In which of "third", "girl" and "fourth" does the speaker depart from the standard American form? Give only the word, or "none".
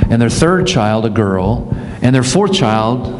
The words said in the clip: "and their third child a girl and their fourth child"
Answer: none